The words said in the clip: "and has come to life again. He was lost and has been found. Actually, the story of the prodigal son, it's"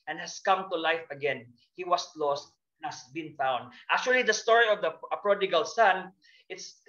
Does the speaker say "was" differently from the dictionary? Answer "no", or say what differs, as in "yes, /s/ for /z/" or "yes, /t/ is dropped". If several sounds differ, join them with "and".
yes, /s/ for /z/